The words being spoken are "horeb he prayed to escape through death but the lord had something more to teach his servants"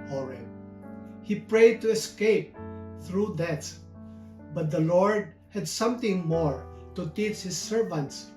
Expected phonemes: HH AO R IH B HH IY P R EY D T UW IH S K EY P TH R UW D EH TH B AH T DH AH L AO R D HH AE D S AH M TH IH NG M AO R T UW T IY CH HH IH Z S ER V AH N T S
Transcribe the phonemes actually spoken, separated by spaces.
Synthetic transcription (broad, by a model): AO R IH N HH IY P R EY D T UW IH S K EY P TH R UW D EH S B AH T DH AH L AO R D HH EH D S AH M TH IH NG M AO R T UW T IY CH HH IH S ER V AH N T S